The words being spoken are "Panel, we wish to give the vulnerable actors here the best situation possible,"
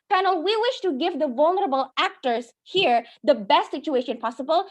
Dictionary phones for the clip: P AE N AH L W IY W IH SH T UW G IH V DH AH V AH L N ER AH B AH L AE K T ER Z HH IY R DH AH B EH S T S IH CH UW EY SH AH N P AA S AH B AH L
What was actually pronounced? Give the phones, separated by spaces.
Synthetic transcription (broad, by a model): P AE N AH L W IY W IH SH T UW G IH V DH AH V AH L N ER AH B AH L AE K T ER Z HH IY R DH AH B EH S T S IH CH UW EY SH AH N P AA S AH B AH L